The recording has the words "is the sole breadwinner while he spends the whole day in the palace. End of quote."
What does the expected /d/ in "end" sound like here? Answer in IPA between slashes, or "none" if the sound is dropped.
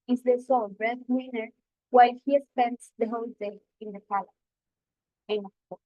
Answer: none